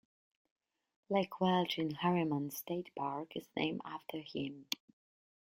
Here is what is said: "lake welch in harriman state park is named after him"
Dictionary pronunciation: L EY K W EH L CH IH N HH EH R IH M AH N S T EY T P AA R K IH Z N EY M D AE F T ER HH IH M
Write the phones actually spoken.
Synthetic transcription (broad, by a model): L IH K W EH L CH IH N HH EH R IH M AH N S T EY T P AA R K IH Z N EY M AE F T ER HH IH M